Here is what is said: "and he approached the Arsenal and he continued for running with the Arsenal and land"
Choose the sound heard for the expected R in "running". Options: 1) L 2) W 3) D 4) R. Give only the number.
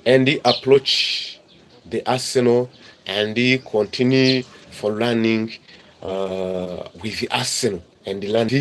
1